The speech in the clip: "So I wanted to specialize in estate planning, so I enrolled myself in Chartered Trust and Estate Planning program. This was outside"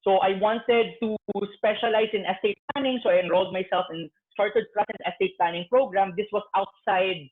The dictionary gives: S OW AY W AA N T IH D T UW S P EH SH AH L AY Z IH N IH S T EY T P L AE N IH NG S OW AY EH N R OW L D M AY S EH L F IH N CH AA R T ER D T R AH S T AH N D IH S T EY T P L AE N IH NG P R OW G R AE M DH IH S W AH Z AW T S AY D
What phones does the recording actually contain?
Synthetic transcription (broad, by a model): S OW AY W AA N T IH D T UW S P EH SH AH L AY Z IH N IH S T EY T P L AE N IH NG S OW AY EH N R OW L D M AY S EH L F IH N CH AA R T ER D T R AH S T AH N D IH S T EY T P L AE N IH NG P R OW G R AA M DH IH S W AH S AW T S AY D